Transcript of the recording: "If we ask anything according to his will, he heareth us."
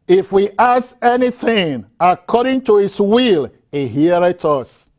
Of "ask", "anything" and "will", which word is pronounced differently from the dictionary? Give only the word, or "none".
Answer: ask